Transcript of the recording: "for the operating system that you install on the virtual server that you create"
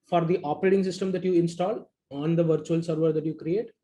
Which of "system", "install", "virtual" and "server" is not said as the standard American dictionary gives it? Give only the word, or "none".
none